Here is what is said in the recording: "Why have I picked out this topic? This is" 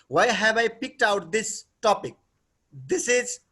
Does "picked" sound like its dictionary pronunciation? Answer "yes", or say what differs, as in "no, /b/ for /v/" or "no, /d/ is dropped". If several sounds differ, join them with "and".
yes